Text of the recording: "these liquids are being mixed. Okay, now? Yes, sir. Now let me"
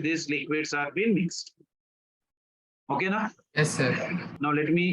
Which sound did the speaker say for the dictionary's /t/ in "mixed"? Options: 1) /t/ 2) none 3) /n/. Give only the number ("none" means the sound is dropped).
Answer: 1